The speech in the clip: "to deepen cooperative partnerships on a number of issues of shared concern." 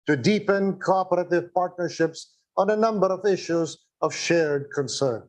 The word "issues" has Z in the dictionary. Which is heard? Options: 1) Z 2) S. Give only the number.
1